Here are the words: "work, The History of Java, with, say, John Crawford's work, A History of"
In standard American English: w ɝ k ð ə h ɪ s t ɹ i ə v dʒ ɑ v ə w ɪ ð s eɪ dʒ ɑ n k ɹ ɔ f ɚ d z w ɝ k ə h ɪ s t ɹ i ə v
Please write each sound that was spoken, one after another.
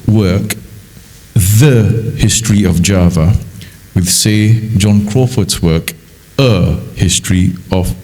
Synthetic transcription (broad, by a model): w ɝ k ð ə h ɪ s t ɹ i ə v dʒ ɑ v ə w ɪ ð s eɪ dʒ ɑ n k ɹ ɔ f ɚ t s w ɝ k ə h ɪ s t ɹ i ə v